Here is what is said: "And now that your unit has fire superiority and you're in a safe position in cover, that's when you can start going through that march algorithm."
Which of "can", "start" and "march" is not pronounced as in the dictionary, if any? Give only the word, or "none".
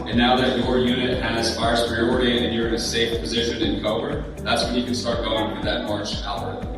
march